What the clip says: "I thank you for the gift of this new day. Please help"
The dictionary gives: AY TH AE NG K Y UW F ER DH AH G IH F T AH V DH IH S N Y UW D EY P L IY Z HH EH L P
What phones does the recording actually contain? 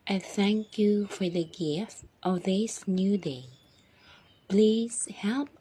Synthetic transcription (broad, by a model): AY TH AE NG K Y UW F ER DH AH G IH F T AH V DH IH S N Y UW D EY P L IY Z HH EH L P